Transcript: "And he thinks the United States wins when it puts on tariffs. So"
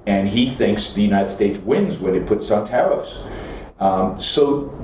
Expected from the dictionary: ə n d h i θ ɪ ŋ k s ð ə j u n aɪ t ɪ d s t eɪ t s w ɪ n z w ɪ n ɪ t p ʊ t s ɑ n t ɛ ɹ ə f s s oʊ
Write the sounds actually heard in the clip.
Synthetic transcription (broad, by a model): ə n i θ ɪ ŋ k s ð ə j u n aɪ t ɪ d s t eɪ t s w ɪ n z w ɪ n ɪ t p ʊ t s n t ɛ ɹ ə f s s oʊ